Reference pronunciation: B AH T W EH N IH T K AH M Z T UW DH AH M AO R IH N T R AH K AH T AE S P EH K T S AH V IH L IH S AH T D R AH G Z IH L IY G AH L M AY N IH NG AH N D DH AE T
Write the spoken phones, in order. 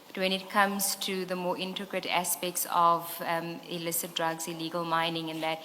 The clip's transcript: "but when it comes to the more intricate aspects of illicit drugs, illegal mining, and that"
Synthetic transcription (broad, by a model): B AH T W EH N IH T K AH M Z T UW DH AH M AO R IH N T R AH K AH T AE S P EH K T S AH V IH L IH S AH T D R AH G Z IH L IY G AH L M AY N IH NG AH N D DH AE T